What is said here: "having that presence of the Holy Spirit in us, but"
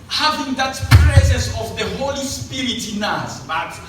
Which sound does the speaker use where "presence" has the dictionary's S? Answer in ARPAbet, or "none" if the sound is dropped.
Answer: S